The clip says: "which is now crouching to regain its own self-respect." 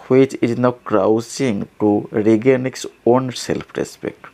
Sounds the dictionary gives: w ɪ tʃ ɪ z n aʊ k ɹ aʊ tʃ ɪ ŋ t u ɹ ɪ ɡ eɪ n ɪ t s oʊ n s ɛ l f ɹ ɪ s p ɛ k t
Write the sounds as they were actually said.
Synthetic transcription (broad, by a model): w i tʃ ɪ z n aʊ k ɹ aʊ s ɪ ŋ t u ɹ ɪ ɡ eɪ n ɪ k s oʊ n s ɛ l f ɹ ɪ s p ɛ k t